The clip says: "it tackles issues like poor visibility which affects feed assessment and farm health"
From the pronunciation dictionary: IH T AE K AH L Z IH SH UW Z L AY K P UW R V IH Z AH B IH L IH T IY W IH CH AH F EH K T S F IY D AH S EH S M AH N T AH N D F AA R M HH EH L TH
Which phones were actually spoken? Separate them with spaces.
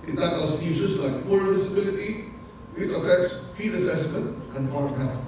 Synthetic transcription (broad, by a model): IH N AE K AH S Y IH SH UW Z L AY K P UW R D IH S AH B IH L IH T IY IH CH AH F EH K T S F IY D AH S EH S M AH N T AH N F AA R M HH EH